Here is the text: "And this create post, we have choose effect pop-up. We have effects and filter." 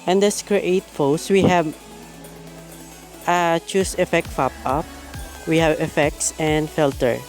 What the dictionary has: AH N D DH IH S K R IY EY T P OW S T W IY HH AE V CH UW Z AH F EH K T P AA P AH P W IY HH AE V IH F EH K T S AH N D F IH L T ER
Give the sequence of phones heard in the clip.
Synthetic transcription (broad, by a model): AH N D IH S K R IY EY T F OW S W IY HH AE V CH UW S AH F EH K T F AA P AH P W IY HH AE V IH F EH K T S AH N D F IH L T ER